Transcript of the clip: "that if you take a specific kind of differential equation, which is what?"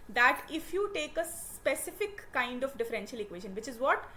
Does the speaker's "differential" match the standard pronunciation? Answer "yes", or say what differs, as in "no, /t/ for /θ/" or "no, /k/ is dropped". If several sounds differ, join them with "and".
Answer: yes